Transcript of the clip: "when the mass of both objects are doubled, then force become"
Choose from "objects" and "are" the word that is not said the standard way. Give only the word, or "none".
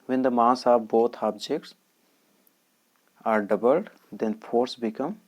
none